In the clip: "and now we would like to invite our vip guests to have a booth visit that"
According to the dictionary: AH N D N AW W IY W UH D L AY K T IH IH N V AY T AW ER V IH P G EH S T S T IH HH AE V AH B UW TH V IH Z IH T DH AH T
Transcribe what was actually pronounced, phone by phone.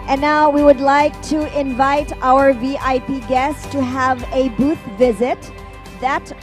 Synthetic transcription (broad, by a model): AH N N AW W IY W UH D L AY K T IH IH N V AY T AW ER V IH P G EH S S T IH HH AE V AH B UW TH V IH Z IH T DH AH T